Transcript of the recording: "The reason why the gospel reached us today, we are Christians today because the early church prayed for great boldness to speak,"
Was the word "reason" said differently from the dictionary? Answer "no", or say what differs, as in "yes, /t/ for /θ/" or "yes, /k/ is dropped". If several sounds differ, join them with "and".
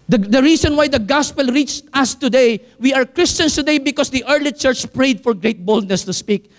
yes, /s/ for /z/